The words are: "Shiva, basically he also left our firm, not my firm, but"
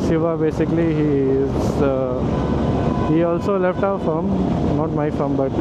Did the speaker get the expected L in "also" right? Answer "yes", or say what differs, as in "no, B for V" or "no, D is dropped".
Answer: yes